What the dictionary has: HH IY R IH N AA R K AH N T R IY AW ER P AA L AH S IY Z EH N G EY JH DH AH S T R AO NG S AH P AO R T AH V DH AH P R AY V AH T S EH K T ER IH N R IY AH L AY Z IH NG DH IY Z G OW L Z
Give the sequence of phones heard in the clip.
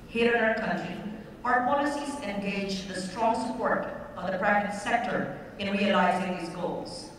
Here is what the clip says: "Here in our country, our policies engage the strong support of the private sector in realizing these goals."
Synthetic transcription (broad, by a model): HH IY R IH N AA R K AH N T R IY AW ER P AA L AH S IY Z EH N G EY JH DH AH S T R AO NG S AH P AO R T AH V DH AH P R AY V AH T S EH K T ER IH N R IY AH L AY Z IH NG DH IY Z G OW L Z